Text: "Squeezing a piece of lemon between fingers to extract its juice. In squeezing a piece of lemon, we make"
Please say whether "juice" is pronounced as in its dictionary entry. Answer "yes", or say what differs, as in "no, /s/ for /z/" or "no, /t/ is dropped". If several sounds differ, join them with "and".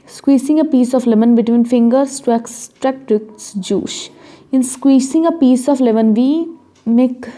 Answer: no, /ʃ/ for /s/